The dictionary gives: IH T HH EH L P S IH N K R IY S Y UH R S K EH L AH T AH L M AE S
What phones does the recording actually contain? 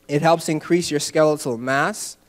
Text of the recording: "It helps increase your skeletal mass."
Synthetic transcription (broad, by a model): IH T HH EH L P S IH N K R IY S Y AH R S K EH L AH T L M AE S